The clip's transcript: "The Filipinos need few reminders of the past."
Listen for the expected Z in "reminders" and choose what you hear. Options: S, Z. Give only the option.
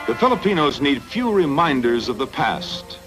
Z